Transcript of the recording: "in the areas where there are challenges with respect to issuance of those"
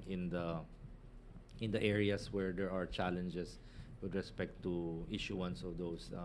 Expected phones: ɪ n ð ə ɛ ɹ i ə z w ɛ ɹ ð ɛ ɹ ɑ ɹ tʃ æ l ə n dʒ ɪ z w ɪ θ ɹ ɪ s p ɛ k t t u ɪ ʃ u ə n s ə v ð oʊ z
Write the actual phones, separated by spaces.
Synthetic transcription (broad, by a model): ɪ n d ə ɛ ɹ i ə s w ɛ ɹ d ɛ ɹ ɑ ɹ tʃ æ l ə n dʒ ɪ s w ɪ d ɹ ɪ s p ɛ k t t u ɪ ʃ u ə n s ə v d oʊ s